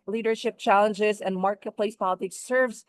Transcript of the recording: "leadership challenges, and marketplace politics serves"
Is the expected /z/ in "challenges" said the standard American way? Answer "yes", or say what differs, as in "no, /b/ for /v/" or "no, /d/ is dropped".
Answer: yes